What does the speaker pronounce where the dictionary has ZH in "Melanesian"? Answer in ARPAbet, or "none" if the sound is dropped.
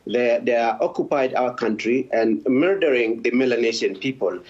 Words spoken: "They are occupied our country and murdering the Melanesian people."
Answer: SH